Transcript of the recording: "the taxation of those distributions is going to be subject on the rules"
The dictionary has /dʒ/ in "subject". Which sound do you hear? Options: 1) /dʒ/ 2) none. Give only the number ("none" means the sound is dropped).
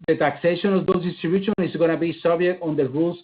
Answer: 2